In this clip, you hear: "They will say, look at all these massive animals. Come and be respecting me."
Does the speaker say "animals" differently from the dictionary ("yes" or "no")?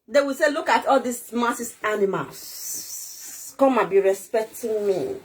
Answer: yes